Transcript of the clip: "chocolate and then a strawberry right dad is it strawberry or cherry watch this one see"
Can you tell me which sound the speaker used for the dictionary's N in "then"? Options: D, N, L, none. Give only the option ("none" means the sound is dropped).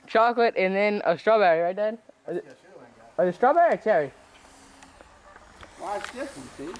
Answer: N